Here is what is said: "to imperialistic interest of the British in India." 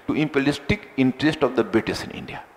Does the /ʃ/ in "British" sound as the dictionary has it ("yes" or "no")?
no